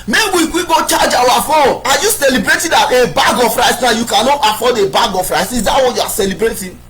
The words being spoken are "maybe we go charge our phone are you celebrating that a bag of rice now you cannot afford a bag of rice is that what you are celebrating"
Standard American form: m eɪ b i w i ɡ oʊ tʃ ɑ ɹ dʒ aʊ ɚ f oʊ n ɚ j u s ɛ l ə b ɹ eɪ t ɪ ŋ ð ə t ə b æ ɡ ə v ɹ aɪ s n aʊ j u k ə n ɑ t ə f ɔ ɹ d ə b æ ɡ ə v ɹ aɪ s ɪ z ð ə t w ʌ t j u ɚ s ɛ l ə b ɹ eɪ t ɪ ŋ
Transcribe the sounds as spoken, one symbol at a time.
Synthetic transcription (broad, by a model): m eɪ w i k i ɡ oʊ tʃ ɑ dʒ aʊ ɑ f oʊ ɑ j u s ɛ l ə b ɹ eɪ t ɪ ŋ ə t ə b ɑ ɡ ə f ɹ aɪ s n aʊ j u k ə n ɑ t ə f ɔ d ə b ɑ ɡ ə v ɹ aɪ s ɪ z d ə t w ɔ j u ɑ s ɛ l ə b ɹ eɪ t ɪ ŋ